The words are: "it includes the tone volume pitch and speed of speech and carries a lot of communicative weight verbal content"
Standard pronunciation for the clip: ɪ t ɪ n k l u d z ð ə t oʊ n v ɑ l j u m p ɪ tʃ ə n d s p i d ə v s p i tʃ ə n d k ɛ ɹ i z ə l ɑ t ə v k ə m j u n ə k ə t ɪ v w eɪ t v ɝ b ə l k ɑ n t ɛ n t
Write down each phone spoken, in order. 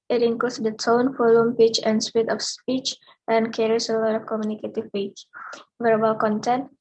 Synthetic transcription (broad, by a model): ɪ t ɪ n k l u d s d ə t oʊ n f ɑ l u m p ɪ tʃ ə n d s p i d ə f s p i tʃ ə n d k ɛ ɹ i s ə l ɑ t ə f k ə m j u n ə k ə t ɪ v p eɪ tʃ v ɝ b ə l k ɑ n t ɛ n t